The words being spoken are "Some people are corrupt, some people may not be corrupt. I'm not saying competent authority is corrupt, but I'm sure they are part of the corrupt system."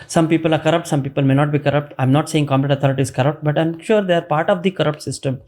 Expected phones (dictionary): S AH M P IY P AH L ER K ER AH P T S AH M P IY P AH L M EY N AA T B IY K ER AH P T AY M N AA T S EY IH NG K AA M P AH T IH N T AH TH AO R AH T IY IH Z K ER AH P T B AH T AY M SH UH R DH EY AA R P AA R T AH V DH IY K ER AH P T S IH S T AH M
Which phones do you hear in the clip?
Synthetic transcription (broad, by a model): S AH M P IY P AH L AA K ER AH P T S AH M P IY P AH L M EY N AA T B IY K ER AH P T AY M N AA T S EY IH NG K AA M AH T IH T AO R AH T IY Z K ER AH P T B AH T AY M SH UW R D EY AA R P AA R T AH V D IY K ER AH P T S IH S T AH M